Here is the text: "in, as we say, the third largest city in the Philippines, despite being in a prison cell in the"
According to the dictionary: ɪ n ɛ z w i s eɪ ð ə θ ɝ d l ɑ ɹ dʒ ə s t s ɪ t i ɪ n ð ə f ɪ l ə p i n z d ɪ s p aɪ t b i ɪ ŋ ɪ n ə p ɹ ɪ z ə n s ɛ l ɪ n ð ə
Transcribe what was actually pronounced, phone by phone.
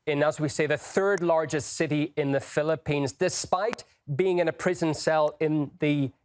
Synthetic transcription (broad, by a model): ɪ n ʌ z w i s eɪ ð ə θ ɝ d l ɑ ɹ dʒ ə s t s ɪ t i ɪ n ð ə f ɪ l ə p i n z d ɪ s p aɪ t b i ɪ ŋ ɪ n ə p ɹ ɪ z ə n s ɛ l ɪ n ð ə